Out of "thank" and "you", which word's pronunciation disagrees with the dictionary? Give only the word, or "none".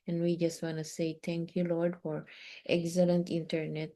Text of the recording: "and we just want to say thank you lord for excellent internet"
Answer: thank